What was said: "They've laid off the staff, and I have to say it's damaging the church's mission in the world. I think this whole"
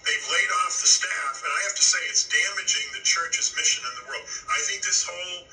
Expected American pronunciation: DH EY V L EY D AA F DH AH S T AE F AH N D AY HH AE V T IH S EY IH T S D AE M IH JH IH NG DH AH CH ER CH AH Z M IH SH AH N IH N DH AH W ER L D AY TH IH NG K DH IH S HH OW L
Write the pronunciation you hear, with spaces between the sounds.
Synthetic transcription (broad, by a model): DH EY V L EY D AA F DH AH S T AE F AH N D AY HH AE F T IH S EY IH T S D AE M IH JH IH NG DH AH CH ER CH AH Z M IH SH AH N IH N DH AH W ER L D AY TH IH NG K DH IH S HH OW L